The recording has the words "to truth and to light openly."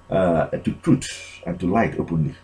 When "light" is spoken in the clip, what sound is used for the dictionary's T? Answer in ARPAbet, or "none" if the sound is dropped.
T